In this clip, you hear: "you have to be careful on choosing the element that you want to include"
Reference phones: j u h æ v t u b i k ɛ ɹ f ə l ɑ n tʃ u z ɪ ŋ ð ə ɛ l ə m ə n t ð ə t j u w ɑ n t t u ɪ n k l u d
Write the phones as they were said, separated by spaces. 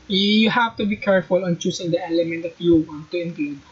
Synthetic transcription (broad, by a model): j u h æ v t u b i k ɛ ɹ f ə l ɑ n tʃ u s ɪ ŋ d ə ɛ l ə m ə n t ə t j u w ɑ n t t u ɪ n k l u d